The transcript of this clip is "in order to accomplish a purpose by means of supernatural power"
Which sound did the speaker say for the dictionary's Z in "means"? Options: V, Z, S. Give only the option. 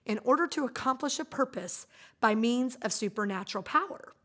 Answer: Z